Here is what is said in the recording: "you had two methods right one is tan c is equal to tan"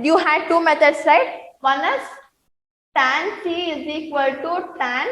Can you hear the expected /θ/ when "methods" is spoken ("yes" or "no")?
no